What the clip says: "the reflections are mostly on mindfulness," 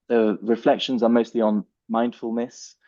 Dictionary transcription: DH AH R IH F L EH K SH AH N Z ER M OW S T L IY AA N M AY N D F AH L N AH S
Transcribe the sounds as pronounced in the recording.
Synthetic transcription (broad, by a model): DH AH R IH F L EH K SH AH N Z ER M OW S T L IY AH N M AY N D F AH L N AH S